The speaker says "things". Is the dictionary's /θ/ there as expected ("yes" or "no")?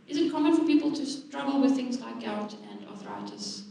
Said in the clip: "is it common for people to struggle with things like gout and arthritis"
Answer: yes